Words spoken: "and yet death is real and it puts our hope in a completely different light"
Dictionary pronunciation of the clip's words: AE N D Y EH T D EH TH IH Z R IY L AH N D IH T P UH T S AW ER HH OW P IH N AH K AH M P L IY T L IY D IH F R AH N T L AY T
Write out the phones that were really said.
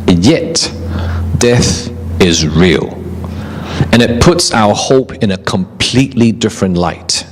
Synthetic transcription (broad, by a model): Y EH T D EH TH IH Z R IY L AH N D IH T P UH T S AW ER HH OW P IH N AH K AH M P L IY T L IY D IH F R AH N T L AY T